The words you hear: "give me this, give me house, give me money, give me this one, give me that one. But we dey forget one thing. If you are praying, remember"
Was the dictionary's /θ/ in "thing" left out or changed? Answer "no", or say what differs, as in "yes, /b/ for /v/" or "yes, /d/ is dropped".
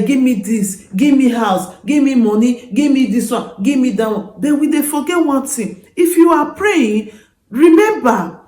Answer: yes, /t/ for /θ/